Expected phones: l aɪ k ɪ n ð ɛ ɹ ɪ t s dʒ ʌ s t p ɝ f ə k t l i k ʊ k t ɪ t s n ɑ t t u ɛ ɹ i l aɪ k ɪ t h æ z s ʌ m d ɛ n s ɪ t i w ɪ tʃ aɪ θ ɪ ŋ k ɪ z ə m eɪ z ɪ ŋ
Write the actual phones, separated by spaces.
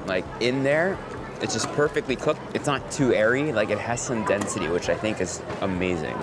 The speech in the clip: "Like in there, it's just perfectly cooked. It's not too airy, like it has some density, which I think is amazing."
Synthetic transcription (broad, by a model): l aɪ k ɪ n ð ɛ ɹ ɪ t s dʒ ʌ s p ɝ f ə k t l i k ʊ k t ɪ t s n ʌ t t u ɛ ɹ i l aɪ k ɪ t h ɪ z s ʌ m d ɛ n s ɪ t i w ɪ tʃ aɪ θ ɪ ŋ k ɪ z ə m eɪ z ɪ ŋ